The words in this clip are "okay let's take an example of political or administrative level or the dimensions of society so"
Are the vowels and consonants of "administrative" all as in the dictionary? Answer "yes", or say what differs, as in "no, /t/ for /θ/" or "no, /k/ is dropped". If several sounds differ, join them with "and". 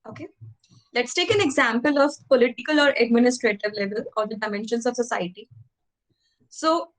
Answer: yes